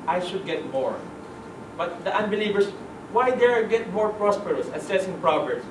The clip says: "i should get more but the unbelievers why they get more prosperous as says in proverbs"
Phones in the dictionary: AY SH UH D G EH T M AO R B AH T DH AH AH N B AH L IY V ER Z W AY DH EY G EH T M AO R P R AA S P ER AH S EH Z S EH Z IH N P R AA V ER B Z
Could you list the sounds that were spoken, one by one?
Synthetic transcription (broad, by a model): AY SH UH D G EH T M AO R B AH T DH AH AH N B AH L IY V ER S W AY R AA G EH T M AO R P R AA S P ER AH S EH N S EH S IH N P R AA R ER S